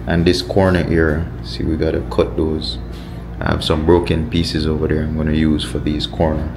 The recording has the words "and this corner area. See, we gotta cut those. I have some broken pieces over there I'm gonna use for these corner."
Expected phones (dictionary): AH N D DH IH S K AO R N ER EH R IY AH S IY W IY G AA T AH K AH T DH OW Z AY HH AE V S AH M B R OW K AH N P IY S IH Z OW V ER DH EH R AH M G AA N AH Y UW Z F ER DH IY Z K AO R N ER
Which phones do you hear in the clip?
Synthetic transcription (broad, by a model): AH N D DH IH S K AO R N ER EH R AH S IY W IY G AA T AH K AH T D OW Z AY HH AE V S AH M B R OW K AH N P IY S IH Z OW V ER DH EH R AH M G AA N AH Y UW Z F ER DH IY Z K AO R N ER